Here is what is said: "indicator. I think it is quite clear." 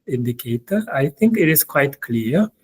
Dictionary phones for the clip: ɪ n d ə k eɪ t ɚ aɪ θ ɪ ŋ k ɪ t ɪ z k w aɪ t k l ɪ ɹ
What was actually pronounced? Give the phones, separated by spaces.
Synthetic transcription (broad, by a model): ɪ n d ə k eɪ t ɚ aɪ t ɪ ŋ k ɪ t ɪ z k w aɪ t k l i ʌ